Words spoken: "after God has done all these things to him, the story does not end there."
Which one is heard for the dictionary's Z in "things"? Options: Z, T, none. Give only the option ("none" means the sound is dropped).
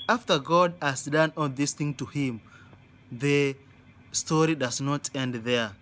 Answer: none